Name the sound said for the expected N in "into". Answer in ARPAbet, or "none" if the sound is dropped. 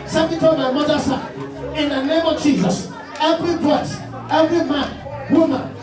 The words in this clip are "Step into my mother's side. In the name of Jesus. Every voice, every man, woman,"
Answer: none